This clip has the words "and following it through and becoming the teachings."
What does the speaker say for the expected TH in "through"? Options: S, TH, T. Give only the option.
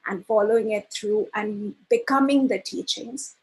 T